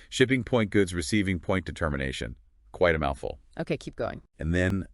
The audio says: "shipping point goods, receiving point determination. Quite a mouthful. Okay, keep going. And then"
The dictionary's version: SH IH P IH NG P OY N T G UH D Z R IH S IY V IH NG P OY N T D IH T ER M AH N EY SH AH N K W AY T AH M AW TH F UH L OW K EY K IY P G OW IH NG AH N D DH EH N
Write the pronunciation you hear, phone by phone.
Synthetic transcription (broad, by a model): SH IH P IH NG P OY N G UH D Z R IH S IY V IH NG P OY N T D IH T ER M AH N EY SH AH N K W AY T AH M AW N F L OW K EY K IY P G OW IH NG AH N DH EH N